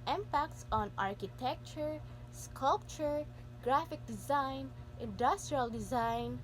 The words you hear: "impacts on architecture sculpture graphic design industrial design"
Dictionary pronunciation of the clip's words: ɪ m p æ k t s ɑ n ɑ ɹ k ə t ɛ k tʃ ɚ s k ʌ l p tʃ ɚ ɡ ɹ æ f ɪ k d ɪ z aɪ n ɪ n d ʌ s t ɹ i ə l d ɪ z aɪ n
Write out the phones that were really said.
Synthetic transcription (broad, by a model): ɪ m p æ k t s ɑ n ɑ ɹ k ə t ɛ k tʃ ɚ s k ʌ l p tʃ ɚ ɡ ɹ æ f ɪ k d ɪ z aɪ n ɪ n d ʌ s t ɹ i ə l d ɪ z aɪ n